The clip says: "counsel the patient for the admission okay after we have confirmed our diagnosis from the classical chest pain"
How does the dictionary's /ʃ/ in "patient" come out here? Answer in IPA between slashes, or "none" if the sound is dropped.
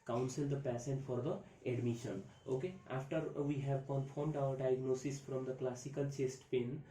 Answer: /s/